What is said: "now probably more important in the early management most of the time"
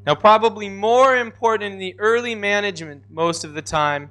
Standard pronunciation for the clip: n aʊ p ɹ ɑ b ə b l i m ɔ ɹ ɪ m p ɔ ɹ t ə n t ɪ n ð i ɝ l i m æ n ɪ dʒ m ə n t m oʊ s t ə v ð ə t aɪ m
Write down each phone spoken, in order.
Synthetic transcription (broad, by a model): n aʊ p ɹ ɑ b ə b l i m ɔ ɹ ɪ m p ɔ ɹ t n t ɪ n ð i ɝ l i m æ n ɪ dʒ m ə n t m oʊ s t ə v ð ə t aɪ m